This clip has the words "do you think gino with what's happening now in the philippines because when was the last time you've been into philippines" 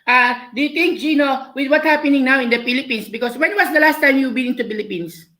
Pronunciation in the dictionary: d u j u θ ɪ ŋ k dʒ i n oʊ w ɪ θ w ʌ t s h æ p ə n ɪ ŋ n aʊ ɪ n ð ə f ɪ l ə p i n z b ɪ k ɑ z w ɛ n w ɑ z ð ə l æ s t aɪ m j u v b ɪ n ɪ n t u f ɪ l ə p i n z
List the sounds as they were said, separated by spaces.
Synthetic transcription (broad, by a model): d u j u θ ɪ ŋ k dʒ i n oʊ w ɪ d w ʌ t h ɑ p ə n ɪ ŋ n aʊ ɪ n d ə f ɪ l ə p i n s b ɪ k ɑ s w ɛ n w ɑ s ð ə l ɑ s t aɪ m j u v b ɪ n ɪ n t u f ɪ l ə p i n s